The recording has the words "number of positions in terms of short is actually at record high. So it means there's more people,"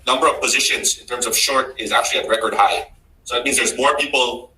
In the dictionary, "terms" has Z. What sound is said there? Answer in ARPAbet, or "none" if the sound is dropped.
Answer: Z